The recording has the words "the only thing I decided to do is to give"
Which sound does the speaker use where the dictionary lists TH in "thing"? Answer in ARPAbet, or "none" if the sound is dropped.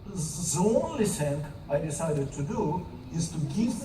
S